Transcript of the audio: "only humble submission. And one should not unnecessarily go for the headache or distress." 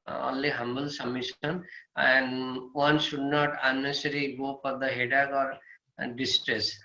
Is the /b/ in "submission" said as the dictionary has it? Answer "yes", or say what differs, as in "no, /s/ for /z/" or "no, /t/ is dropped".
no, /b/ is dropped